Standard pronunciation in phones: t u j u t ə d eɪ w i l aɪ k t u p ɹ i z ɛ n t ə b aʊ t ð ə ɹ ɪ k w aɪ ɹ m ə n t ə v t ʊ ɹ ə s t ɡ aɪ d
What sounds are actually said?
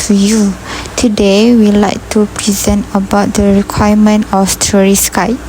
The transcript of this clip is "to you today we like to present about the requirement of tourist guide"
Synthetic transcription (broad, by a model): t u j u t ə d eɪ w i l aɪ k t u p ɹ i z ɛ n t ə b aʊ t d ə ɹ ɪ k w aɪ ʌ m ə n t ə f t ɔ ɹ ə s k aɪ